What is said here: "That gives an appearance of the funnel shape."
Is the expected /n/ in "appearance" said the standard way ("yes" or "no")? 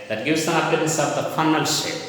no